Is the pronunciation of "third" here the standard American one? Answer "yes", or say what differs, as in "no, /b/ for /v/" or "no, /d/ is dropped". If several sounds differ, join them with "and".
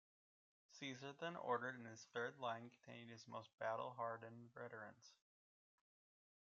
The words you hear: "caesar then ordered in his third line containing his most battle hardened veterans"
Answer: yes